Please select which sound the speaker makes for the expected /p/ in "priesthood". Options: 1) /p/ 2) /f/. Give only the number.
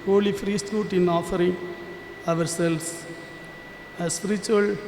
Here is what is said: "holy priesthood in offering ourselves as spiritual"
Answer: 2